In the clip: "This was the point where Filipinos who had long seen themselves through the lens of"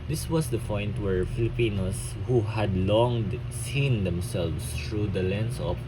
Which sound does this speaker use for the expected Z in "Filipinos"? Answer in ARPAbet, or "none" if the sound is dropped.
S